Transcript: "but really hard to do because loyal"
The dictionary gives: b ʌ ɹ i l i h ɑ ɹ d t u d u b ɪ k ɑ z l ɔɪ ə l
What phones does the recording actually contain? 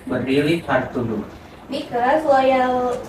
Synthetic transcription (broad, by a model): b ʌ ɹ i l i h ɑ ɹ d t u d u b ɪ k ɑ s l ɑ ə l